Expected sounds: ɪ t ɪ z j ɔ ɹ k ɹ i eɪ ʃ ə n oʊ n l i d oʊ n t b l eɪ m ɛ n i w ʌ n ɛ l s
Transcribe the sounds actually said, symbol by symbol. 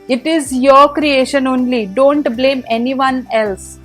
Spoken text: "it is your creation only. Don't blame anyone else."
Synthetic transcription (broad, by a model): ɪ t ɪ z j ɔ ɹ k ɹ i eɪ ʃ ə n oʊ n l i d oʊ n t b l eɪ m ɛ n i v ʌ n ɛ l s